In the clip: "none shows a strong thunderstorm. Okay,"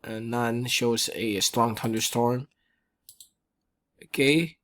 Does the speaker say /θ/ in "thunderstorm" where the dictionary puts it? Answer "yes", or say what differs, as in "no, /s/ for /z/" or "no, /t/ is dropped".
no, /t/ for /θ/